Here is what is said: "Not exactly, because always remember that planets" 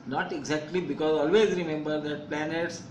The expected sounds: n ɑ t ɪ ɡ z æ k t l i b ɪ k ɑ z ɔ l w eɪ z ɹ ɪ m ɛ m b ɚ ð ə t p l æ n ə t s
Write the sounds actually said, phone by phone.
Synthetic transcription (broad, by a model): n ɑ t ɪ ɡ z æ k t l i b ɪ k ɑ z ɔ l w eɪ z ɹ ɪ m ɛ m b ɚ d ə t p l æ n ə t s